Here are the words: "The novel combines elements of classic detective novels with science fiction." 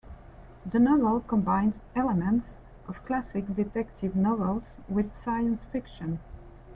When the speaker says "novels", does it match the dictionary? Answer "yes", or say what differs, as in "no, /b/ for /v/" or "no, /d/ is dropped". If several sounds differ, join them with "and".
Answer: yes